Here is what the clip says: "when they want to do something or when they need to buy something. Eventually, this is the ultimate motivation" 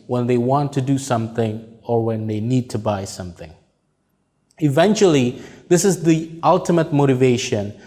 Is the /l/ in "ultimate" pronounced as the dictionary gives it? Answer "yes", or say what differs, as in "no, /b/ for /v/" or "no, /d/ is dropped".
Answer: yes